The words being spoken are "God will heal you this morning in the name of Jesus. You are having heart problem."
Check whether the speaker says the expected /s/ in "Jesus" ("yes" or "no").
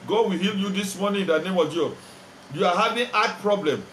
no